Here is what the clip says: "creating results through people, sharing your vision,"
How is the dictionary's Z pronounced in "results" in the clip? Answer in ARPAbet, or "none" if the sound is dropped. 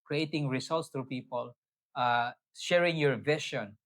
S